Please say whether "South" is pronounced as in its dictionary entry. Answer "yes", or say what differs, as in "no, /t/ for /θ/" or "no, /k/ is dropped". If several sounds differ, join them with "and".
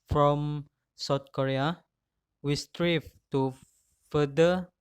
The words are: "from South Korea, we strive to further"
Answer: no, /t/ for /θ/